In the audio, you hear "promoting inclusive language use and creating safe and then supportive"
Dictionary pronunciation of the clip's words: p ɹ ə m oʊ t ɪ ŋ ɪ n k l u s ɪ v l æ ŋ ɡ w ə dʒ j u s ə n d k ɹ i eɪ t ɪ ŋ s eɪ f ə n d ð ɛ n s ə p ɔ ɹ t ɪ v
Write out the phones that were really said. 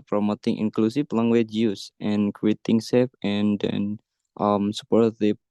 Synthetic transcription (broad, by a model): p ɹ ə m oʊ t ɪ ŋ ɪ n k l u s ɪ f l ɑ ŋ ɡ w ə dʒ j u s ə n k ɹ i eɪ t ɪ ŋ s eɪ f ə n d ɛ n s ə p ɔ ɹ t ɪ